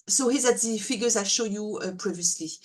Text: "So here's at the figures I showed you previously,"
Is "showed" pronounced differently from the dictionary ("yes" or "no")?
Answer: no